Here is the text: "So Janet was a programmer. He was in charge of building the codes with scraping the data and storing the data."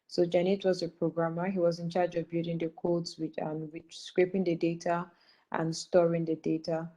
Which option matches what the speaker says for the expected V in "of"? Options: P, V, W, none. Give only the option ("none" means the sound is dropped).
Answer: V